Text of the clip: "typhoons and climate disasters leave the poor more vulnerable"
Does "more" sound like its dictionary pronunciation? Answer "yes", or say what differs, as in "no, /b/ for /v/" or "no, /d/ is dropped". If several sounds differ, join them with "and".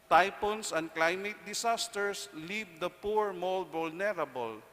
no, /l/ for /ɹ/